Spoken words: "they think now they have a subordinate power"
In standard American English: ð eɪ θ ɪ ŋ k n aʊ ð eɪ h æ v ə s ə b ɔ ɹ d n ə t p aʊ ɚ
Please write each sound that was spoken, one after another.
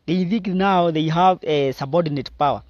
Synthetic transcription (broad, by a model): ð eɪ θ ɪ k n aʊ ð eɪ h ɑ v ə s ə b ɔ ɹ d n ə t p aʊ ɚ